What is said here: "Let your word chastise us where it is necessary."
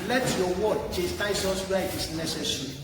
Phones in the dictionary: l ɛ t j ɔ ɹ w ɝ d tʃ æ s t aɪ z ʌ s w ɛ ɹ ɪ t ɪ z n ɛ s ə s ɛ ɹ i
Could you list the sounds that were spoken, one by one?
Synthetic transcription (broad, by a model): l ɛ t j ɔ w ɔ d tʃ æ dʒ t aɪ s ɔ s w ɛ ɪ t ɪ s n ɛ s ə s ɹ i